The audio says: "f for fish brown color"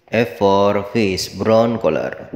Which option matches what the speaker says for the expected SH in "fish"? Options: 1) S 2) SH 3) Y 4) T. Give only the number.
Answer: 1